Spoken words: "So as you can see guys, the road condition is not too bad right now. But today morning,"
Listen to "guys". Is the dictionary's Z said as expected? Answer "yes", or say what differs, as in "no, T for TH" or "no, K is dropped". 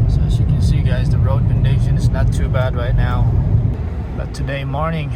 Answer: yes